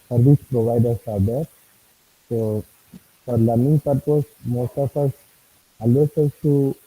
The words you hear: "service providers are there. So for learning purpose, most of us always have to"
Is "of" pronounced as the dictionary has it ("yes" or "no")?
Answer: no